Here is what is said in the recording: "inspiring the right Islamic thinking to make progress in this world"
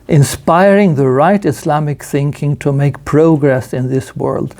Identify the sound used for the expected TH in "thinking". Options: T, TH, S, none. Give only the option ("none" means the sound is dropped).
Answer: TH